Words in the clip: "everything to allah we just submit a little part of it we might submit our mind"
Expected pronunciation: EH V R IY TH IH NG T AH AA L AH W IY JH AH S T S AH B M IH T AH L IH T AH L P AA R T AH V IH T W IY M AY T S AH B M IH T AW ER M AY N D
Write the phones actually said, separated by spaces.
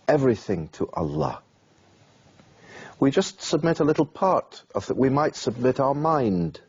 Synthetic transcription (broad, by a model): EH V R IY TH IH NG T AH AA L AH W IY JH AH S T S AH B M IH T AH L IH T L P AA R T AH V IH T W IY M AY T S AH B M IH T AW ER M AY N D